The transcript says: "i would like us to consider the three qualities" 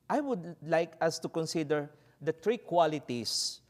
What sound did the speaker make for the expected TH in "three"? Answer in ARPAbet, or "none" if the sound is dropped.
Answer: T